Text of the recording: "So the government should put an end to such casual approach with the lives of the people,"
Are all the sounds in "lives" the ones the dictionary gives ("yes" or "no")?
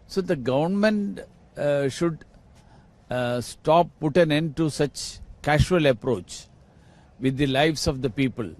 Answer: no